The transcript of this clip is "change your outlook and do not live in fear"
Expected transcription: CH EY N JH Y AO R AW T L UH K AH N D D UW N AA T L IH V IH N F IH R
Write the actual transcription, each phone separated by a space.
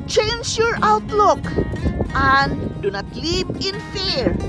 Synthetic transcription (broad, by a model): CH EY N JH Y AO R AW T L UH K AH N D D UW N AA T L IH P IH N F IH R